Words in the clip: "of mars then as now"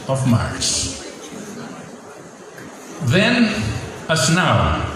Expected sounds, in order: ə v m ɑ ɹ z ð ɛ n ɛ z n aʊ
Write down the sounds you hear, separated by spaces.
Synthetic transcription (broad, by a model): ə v m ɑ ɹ s ð ɛ n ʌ s n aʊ